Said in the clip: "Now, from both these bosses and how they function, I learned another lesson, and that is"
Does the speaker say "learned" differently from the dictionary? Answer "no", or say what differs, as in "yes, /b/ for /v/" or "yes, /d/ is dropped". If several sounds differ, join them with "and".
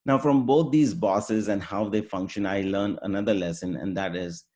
yes, /d/ is dropped